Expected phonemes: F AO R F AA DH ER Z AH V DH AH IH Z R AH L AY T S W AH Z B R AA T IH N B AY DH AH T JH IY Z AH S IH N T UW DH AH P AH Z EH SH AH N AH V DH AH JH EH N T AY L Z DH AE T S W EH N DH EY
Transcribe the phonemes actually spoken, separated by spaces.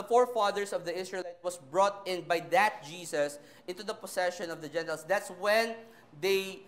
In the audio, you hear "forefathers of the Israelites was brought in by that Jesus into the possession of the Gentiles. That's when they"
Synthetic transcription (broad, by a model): F AO R F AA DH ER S AH V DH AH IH S R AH L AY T W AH S B R AA T IH N B AY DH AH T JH IY S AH S IH N T UW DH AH P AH S EH SH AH N AH V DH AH JH EH N T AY L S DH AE T S W EH N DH EY